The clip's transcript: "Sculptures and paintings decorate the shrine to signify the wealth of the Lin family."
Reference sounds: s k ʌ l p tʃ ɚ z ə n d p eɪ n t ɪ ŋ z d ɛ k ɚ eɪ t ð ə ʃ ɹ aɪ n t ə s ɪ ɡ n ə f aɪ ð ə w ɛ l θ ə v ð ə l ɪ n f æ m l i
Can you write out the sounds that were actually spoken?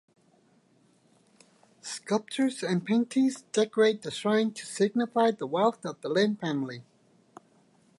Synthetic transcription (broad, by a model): s k ʌ l p tʃ ɚ z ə n p eɪ n t ɪ ŋ z d ɛ k ɚ eɪ t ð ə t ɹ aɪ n t ə s ɪ ɡ n ə f aɪ ð ə w ɛ l θ ə v ð ə l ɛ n f æ m l i